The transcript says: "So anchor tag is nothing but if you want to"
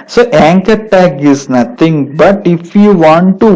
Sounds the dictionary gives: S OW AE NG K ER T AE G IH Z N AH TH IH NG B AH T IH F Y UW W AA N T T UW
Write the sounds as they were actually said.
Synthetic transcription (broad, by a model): S OW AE NG K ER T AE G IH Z N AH T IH NG B AH T IH F Y UW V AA N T T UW